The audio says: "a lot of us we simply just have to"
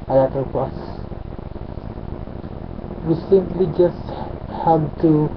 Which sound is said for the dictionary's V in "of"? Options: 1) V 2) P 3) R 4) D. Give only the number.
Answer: 2